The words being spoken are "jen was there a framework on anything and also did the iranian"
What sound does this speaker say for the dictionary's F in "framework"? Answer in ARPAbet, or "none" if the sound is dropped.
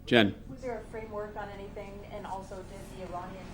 F